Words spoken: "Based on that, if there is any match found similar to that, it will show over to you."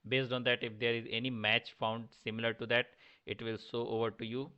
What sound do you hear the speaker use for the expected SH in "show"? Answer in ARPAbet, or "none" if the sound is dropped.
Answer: S